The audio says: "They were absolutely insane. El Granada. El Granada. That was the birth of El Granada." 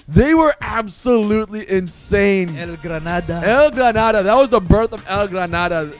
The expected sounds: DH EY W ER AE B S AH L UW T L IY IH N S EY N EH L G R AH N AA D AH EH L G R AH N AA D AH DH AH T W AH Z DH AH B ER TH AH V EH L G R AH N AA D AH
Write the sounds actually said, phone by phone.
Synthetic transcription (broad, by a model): DH EY W ER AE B S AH L UW T L IY IH N S EY N EH L G R AH N AA D AH EH L G R AH N AA D AH DH AH T W AH Z DH AH B ER TH AH V EH L G R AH N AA D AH